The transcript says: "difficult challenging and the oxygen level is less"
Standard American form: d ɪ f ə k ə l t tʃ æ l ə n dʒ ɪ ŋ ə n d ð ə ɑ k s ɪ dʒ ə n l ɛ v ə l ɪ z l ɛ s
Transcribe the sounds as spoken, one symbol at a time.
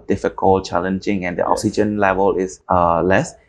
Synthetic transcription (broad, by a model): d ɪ f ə k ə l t tʃ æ l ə n dʒ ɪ ŋ ə n d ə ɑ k s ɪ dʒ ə n l ɛ v ə l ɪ s l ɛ s